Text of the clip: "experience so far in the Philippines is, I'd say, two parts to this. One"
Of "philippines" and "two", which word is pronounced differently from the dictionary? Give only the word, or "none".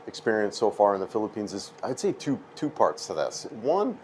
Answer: none